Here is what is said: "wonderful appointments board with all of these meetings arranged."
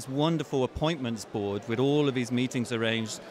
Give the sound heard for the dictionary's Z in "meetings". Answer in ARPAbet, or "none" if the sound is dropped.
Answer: Z